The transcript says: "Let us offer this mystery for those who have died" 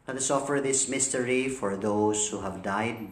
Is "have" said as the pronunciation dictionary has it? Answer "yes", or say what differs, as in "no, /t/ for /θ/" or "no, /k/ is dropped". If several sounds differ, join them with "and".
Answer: yes